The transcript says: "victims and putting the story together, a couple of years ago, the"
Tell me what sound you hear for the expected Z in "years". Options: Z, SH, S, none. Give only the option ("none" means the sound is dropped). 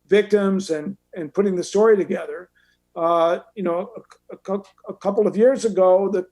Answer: Z